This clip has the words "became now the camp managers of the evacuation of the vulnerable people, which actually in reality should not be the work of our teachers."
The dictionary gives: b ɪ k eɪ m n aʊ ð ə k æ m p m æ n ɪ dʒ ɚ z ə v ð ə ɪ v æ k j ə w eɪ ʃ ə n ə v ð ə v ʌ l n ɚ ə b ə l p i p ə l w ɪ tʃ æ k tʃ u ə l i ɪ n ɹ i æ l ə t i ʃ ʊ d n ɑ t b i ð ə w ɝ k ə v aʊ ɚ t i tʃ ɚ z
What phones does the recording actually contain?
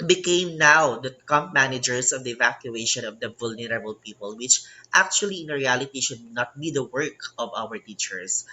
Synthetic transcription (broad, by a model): b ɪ k eɪ m n aʊ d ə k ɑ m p m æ n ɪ dʒ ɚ s ə v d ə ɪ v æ k j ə eɪ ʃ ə n ə v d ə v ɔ l n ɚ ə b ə l p i p ə l w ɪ tʃ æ k tʃ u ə l i ɪ n ɹ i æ l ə t i ʃ ʊ d n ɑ t b i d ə w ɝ k ə v aʊ ɚ t i tʃ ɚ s